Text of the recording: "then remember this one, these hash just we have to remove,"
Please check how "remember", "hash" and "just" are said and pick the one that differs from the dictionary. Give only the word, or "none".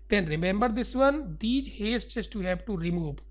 hash